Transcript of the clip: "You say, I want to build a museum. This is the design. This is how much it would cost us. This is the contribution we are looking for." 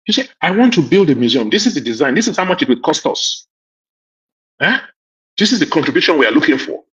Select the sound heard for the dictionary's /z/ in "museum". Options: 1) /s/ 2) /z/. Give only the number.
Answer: 2